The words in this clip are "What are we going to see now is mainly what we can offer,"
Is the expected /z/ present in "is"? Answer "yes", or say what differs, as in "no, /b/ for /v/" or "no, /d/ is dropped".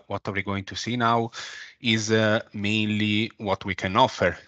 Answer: yes